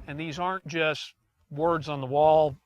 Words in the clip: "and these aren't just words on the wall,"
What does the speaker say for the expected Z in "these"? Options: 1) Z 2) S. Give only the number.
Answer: 1